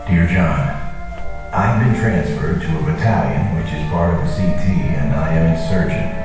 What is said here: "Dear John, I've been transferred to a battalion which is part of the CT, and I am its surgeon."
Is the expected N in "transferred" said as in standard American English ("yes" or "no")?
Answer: yes